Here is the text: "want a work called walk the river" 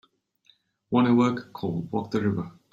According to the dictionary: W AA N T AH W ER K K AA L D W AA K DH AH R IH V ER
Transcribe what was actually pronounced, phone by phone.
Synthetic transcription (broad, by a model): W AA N AH W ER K K AA L D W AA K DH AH R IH V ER